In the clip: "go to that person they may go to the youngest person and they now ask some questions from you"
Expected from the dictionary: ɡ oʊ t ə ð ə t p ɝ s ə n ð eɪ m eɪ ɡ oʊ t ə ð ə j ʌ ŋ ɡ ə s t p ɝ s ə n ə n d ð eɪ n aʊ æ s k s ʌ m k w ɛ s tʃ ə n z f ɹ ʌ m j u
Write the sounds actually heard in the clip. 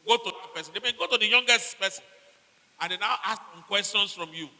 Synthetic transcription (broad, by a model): ɡ oʊ t ə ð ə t p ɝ s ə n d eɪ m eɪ ɡ oʊ t ə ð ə j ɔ ŋ ɡ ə s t p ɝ s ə n ə n d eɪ n aʊ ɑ s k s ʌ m k w ɛ s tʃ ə n s f ɹ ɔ m j u